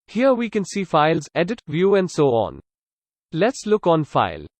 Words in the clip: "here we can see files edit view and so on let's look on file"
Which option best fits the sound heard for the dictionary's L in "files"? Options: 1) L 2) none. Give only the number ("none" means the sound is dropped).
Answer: 1